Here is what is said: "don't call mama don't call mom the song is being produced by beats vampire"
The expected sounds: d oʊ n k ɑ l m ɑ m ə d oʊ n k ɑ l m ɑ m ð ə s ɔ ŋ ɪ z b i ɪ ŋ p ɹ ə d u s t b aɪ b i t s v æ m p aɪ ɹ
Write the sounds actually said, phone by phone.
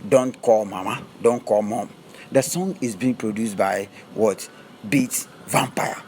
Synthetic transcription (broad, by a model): d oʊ n k ɑ l m ɑ m ə d oʊ n k ɑ l m ɑ m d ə s ɔ ŋ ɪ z b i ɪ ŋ p ɹ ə d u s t b aɪ b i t v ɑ m p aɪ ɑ